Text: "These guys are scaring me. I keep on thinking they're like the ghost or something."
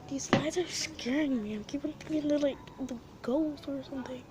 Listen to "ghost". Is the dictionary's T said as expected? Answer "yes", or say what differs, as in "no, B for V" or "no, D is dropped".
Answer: no, T is dropped